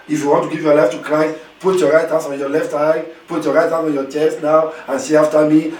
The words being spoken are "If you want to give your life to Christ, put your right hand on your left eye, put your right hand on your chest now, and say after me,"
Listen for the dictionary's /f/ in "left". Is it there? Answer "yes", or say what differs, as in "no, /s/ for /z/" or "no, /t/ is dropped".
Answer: yes